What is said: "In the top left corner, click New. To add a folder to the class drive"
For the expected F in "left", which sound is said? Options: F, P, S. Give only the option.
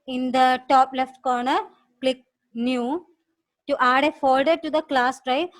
F